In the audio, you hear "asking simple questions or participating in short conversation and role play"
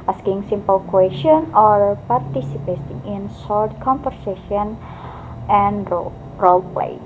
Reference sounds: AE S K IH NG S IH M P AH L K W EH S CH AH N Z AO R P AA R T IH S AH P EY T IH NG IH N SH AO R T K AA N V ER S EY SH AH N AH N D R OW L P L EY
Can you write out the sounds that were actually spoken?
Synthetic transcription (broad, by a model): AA S K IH NG S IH M P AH L K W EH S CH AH N AO R P AA R T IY S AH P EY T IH NG IH N S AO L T K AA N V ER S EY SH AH N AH N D R OW L P L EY